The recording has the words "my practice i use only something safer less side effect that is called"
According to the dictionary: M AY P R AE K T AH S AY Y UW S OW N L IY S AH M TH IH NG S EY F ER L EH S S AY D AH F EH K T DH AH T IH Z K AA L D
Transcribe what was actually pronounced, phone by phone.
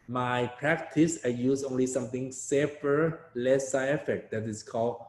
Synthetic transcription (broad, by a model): M AY P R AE K T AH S AY Y UW S OW N L IY S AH M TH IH NG S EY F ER L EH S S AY AH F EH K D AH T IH S K AA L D